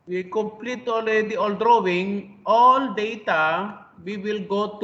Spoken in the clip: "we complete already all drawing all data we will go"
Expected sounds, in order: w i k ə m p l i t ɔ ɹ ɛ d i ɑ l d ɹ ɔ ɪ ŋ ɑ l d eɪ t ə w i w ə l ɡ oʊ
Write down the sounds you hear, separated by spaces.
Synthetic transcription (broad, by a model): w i k ə m p l i t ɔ l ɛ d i ɑ l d ɹ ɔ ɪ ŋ ɑ l d eɪ t ə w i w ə l ɡ oʊ